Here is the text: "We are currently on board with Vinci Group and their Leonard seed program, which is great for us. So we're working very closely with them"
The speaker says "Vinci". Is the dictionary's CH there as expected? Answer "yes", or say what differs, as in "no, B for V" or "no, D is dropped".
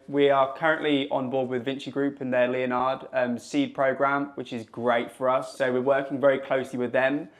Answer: yes